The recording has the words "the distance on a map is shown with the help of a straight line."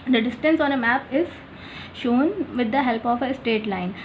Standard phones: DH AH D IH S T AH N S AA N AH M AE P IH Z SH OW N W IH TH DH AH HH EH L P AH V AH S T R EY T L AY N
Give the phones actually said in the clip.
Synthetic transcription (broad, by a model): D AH D IH S T AH N S AA N AH M AE P IH Z SH OW N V IH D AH HH EH L P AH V AH S T EY T L AY N